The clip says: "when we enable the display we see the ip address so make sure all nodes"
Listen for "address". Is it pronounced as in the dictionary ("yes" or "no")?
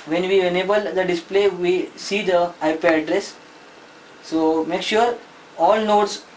yes